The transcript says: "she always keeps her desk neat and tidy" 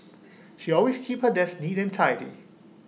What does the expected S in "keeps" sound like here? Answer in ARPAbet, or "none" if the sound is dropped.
none